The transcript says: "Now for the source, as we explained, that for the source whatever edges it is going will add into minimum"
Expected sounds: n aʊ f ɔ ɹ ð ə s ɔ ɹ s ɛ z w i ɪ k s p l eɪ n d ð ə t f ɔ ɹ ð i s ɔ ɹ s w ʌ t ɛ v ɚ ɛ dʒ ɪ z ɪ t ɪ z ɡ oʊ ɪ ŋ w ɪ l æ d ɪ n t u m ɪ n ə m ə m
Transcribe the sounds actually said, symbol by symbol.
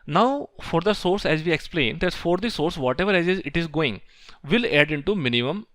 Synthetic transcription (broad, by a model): n aʊ f ɔ ɹ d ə s ɔ ɹ s ɛ z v i ɪ k s p l eɪ n d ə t f ɔ ɹ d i s ɔ ɹ s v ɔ t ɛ v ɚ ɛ z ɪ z ɪ t ɪ z ɡ oʊ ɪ ŋ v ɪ l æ d ɪ n t u m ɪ n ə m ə m